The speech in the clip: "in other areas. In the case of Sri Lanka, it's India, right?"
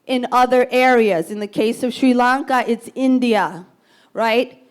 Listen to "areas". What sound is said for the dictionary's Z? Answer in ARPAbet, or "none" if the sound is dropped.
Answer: Z